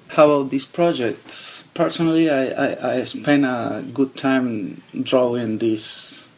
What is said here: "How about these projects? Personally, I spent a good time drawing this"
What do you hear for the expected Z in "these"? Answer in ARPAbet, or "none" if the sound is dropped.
S